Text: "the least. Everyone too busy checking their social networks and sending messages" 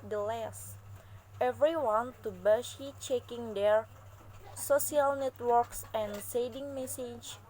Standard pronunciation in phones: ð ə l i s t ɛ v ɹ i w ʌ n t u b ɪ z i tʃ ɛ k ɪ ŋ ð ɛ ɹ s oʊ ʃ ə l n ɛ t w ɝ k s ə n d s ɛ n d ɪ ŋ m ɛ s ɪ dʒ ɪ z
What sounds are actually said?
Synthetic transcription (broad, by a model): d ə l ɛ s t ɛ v ɹ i w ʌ n t u b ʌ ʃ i tʃ ɛ k ɪ ŋ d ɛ ɹ s oʊ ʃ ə l n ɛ t w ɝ k s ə n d s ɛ d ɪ ŋ m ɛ s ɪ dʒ